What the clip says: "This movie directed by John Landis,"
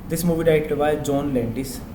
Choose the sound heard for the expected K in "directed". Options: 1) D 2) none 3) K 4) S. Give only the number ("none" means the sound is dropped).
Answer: 2